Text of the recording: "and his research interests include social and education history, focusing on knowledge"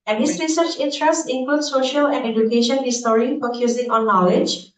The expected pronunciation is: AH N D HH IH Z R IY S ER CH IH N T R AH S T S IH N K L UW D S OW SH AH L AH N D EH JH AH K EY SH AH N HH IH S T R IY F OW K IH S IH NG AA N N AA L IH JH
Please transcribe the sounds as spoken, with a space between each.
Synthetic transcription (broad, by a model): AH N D HH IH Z R IY S ER CH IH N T R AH S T IH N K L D S OW SH AH L AH N D EH JH AH K EY SH AH N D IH S T R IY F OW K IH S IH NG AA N N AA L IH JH